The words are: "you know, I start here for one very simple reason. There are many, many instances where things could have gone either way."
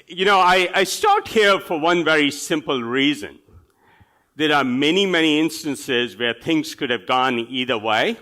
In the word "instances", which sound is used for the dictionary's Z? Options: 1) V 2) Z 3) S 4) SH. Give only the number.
2